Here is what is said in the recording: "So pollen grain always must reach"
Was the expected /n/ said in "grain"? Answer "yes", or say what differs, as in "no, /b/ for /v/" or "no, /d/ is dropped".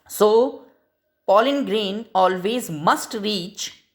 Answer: yes